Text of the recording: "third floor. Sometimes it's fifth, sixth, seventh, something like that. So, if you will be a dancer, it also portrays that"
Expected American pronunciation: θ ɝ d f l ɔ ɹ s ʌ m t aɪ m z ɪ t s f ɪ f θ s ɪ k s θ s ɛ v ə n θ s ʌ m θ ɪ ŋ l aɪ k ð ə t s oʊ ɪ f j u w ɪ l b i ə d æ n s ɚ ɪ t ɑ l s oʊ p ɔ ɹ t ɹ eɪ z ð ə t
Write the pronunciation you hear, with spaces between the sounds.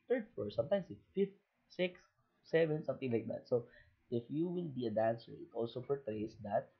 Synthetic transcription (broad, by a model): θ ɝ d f ɔ ɹ s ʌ m t aɪ m s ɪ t f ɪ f t s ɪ k s s ɛ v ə n s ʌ m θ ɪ ŋ l aɪ k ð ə t s oʊ ɪ f j u w ɪ l b i ə d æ n s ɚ ɪ t ɑ l s oʊ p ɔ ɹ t ɹ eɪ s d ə t